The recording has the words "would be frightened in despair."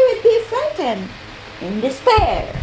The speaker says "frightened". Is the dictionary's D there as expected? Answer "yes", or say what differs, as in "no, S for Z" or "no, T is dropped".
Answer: no, D is dropped